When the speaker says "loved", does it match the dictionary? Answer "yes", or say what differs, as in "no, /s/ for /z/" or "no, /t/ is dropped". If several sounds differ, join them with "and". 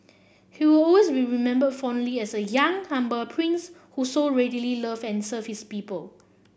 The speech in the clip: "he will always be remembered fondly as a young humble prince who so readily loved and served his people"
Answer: no, /d/ is dropped